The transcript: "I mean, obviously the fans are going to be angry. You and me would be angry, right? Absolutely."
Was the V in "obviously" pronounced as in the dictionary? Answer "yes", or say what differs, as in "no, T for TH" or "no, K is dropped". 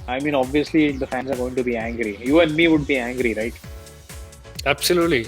yes